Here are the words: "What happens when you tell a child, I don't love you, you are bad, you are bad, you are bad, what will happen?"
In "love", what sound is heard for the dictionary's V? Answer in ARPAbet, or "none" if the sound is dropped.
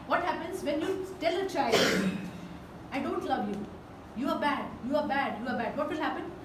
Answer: V